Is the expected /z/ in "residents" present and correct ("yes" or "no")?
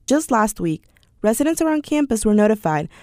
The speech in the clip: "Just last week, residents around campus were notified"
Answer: yes